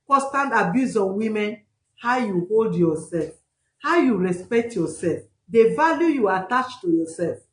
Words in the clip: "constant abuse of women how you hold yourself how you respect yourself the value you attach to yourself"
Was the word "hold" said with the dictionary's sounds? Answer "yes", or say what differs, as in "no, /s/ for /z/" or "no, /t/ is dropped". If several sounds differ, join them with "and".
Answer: yes